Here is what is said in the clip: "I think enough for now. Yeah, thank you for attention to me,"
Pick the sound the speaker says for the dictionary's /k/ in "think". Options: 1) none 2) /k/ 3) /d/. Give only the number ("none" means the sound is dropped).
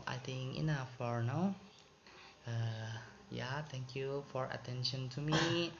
1